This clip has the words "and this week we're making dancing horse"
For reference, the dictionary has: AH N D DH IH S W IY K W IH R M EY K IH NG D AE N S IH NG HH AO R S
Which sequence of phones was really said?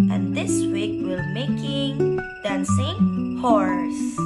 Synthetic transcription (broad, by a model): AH N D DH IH S W IY K W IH L M EY K IH NG D AE N S IH NG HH AO R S